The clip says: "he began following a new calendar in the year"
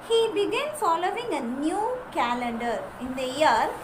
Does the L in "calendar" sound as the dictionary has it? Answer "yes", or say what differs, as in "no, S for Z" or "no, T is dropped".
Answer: yes